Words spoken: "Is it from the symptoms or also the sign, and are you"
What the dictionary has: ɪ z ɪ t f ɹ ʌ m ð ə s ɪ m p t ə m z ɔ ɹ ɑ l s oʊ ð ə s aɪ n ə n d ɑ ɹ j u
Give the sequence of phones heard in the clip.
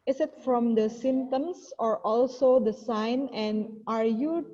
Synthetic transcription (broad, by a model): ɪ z ɪ t f ɹ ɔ m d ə s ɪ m t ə m s ɔ ɹ ɑ l s oʊ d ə s aɪ n ə n d ɑ ɹ j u